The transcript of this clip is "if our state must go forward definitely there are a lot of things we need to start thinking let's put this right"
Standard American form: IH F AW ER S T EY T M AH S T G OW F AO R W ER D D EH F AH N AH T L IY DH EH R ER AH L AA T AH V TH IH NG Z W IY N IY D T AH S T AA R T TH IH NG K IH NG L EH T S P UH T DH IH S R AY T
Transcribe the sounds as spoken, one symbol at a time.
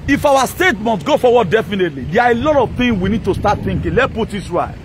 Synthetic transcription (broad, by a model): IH F AW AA S T EY T M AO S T G OW F AO W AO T D EH F AH N AH T L IY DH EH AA AH L AA T AH V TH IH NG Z W IY N IY D T AH S T AA T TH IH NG K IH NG L EH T P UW T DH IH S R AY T